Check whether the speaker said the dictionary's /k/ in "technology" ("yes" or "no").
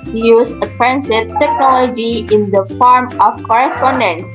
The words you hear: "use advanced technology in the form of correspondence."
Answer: yes